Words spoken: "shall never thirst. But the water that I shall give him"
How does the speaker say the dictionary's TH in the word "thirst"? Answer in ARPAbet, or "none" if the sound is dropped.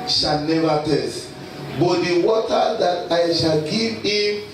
T